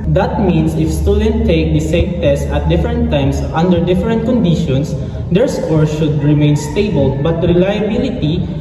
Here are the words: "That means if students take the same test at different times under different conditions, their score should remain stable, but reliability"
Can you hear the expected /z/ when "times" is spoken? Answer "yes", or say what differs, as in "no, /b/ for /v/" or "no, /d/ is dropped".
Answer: no, /s/ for /z/